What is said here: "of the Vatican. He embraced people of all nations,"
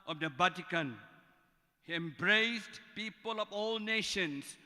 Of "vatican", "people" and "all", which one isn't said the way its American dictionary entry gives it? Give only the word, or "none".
vatican